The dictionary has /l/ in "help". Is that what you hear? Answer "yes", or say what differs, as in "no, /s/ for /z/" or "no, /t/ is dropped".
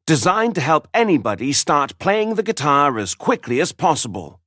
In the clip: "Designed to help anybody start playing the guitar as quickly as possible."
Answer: yes